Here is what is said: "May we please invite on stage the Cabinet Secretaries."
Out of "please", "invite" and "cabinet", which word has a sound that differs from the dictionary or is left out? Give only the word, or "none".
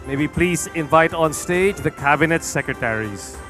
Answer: none